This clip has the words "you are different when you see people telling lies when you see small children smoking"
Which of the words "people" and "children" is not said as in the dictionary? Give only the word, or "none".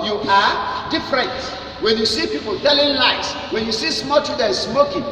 children